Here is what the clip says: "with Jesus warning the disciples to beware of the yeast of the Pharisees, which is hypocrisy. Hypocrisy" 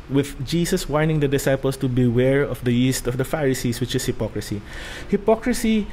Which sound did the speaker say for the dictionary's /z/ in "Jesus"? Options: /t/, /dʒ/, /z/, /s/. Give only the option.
/s/